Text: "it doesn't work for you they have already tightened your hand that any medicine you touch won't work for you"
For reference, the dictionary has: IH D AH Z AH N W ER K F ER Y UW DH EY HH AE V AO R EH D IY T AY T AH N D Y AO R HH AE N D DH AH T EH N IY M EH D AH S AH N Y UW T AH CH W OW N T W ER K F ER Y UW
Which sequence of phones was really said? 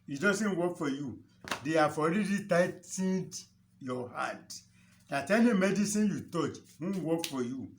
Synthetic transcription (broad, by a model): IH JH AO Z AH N W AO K F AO Y UW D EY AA F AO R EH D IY T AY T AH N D Y AO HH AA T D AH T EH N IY M EH D AH S AH N Y UW T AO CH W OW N W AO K F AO Y UW